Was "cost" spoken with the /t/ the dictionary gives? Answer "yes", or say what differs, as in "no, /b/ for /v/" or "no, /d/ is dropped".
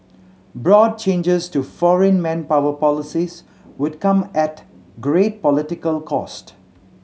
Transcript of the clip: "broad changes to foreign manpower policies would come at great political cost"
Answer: yes